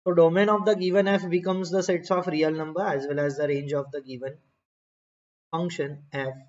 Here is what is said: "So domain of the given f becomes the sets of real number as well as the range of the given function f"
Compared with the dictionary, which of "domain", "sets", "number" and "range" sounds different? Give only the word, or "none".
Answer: none